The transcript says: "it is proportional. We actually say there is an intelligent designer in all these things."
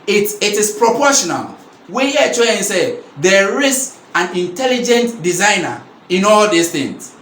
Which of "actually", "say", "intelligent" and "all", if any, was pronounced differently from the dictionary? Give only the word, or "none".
actually